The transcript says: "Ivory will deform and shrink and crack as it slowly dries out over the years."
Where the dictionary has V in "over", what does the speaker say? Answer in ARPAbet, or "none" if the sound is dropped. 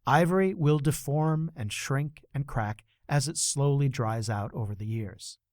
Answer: V